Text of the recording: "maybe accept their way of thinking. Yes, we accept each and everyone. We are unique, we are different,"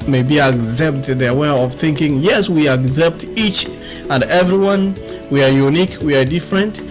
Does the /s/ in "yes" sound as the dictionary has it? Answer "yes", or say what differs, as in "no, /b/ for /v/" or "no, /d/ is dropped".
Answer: yes